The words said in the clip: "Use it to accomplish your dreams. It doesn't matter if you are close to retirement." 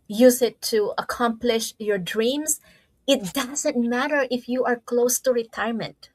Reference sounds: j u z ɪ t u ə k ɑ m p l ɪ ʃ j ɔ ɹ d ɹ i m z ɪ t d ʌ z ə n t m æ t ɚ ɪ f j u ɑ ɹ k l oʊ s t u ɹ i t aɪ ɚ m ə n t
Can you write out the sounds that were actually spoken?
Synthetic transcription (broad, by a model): j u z ɪ t u ə k ɑ m p l ɪ ʃ j ɔ ɹ d ɹ i m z ɪ t d ʌ z ə n t m æ t ɚ ɪ f j u ɑ ɹ k l oʊ s t u ɹ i t aɪ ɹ m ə n t